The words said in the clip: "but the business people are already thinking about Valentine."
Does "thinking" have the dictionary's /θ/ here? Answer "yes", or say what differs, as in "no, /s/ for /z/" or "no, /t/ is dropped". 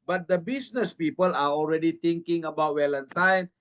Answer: no, /t/ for /θ/